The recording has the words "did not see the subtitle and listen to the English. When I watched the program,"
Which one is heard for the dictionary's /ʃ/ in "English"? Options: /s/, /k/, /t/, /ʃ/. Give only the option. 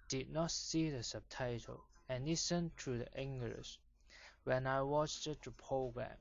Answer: /s/